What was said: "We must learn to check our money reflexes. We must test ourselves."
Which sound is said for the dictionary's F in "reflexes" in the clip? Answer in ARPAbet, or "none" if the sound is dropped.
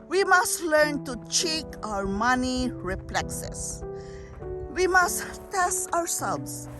P